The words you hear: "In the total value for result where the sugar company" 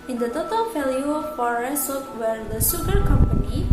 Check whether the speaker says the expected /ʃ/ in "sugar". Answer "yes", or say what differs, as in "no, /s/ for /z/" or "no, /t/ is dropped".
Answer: no, /s/ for /ʃ/